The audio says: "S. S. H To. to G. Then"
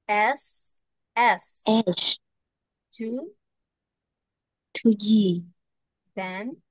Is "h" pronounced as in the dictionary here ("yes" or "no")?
no